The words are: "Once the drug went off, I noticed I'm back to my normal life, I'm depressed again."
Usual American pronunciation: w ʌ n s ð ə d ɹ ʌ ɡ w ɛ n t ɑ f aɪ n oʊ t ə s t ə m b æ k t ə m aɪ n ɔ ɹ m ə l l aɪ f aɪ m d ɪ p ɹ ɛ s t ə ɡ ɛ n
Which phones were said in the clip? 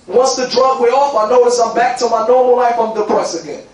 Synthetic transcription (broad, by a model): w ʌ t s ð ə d ɹ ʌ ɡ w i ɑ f aɪ n oʊ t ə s ə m b æ k t ə m aɪ n ɔ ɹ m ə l l aɪ f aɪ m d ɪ p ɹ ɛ s ə ɡ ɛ n